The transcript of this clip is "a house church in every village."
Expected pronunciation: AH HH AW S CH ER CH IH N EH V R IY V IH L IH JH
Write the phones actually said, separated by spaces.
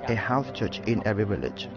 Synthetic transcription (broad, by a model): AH HH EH TH CH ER CH IH N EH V R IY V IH L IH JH